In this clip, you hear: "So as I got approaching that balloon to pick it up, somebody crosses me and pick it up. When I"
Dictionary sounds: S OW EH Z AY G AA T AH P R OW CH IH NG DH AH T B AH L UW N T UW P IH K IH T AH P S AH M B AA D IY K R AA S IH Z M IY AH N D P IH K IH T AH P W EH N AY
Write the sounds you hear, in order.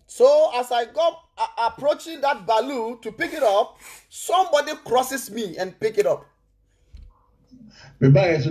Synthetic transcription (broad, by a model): S OW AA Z AY G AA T AH P R OW CH IH NG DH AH T B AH L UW T UW P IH K IH T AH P S AH M B AA D IY K R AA S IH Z M IY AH N P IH K IH T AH P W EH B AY